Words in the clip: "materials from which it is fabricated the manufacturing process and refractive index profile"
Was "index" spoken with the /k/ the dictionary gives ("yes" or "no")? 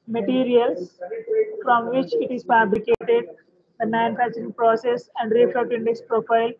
yes